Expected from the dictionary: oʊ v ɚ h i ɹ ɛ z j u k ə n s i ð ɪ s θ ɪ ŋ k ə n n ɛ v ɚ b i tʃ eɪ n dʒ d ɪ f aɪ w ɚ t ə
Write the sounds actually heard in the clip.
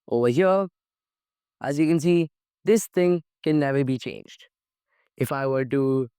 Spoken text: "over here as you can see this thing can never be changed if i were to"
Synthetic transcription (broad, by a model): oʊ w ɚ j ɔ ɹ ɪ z j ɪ k ə n s i ð ɪ s θ ɪ ŋ k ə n n ɛ v ɚ b i tʃ eɪ n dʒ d ɪ f aɪ w ɚ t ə